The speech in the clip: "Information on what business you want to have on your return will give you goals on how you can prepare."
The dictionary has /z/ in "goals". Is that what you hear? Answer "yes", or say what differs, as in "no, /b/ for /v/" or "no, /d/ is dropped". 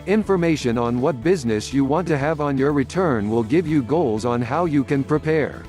yes